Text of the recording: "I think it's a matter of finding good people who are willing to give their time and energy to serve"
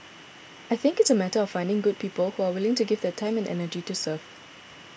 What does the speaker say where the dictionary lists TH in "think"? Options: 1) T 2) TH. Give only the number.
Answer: 2